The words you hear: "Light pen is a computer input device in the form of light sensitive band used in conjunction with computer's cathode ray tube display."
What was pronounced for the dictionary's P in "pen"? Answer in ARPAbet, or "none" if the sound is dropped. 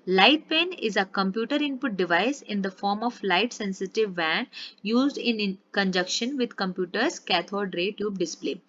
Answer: P